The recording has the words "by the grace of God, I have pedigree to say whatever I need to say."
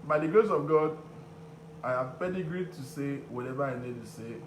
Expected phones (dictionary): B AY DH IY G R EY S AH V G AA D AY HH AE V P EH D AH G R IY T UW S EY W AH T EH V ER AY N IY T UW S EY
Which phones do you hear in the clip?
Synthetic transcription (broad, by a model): B AY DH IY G EY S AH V G AA D AY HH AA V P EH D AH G R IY T UW S EY W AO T EH V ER AY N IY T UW S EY